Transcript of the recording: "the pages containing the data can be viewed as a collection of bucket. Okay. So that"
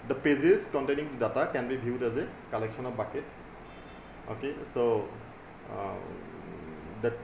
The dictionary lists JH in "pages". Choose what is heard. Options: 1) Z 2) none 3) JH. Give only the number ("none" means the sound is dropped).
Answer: 1